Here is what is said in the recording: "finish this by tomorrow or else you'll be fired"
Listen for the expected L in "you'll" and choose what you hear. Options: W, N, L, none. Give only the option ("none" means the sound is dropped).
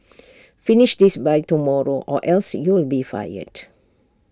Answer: L